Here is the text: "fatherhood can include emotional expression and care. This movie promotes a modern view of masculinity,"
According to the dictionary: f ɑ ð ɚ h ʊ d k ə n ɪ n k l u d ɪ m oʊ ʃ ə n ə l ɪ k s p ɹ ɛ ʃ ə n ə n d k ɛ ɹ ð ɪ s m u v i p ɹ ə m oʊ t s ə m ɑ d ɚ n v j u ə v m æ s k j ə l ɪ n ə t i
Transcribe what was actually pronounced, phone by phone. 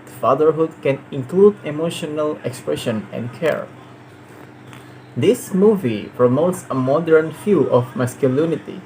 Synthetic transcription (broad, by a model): f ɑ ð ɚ h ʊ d k ə n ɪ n k l u d ɪ m oʊ ʃ ə n ə l ɪ k s p ɹ ɛ ʃ ə n ə n d k ɛ ɹ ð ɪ s m u v i p ɹ ə m oʊ t s ə m ɑ d ɚ n f j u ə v m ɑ s k j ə l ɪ n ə t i